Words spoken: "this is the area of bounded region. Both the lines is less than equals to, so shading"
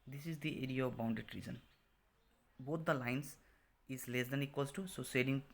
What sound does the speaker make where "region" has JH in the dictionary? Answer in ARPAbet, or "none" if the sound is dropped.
Z